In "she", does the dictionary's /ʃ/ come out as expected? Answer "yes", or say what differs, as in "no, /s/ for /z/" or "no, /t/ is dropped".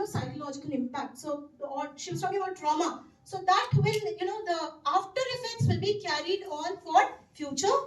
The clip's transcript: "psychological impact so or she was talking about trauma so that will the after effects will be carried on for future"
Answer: yes